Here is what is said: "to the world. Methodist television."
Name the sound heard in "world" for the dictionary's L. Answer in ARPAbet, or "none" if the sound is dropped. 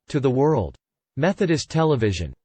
L